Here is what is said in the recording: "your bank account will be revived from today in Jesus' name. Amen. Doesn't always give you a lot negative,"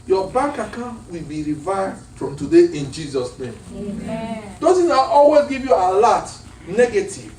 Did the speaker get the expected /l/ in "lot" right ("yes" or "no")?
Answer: yes